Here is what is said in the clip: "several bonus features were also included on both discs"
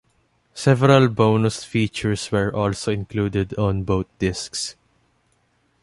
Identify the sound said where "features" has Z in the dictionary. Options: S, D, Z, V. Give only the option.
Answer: S